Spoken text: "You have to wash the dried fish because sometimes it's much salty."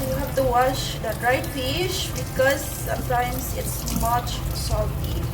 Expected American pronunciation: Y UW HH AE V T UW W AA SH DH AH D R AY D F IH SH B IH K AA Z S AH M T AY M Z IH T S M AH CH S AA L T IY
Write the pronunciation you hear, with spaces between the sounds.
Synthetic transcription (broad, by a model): Y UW HH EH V T UW W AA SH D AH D R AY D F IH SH B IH K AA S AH M T AY M S IH T S M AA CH S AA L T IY